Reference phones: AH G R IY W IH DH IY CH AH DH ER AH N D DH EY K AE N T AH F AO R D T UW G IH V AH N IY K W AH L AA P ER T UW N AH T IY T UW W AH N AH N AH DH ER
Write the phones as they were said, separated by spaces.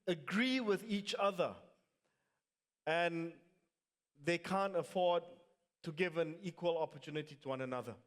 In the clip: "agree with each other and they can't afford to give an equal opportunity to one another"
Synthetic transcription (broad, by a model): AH G R IY W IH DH IY CH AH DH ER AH N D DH EY K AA N T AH F AO D T UW G IH V AH N IY K W AH L AA P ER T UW N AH T IY T UW W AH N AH N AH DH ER